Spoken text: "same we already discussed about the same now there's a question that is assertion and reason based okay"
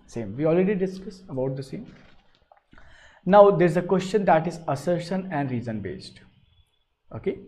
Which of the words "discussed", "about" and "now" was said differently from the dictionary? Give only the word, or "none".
discussed